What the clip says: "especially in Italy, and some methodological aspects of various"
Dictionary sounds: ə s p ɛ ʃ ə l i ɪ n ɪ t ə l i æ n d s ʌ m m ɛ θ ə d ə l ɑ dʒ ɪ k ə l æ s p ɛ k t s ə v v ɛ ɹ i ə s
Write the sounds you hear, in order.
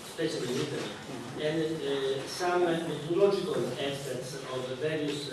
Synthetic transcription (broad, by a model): s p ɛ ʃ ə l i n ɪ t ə i n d s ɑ m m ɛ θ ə l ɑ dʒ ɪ k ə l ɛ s ɛ t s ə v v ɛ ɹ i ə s